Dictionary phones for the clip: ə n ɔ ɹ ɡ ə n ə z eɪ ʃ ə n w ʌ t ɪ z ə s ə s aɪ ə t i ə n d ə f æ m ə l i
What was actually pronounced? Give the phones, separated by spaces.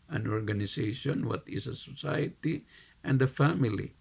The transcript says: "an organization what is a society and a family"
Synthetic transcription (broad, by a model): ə n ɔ ɹ ɡ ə n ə s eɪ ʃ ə n w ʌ t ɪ s ə s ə s aɪ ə t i ə n d ə f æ m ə l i